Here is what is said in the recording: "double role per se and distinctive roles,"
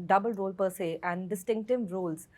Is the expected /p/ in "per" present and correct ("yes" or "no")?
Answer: yes